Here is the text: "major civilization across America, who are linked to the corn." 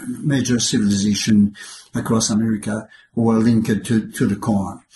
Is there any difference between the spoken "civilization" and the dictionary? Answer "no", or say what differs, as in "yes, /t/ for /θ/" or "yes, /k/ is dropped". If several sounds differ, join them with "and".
no